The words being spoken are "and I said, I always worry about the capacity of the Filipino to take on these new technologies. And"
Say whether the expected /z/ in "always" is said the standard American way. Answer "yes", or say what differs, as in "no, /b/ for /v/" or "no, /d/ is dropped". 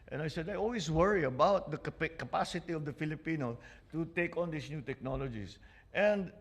no, /s/ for /z/